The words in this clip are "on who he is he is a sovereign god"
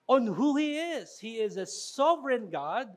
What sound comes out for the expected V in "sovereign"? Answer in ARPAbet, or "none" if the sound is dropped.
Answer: V